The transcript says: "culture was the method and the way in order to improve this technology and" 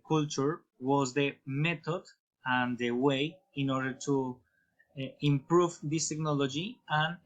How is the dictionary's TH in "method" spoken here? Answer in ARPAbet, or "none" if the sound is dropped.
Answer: T